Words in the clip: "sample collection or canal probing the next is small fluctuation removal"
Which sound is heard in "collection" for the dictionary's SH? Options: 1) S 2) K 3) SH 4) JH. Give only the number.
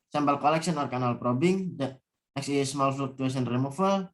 1